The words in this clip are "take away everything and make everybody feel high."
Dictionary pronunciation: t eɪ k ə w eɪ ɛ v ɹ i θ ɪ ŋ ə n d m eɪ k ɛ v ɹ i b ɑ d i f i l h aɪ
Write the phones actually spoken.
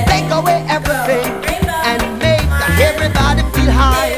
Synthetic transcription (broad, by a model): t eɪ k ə w eɪ ɛ v ɹ i θ ɪ ŋ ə n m eɪ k ɛ v ɹ i b ɑ d i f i h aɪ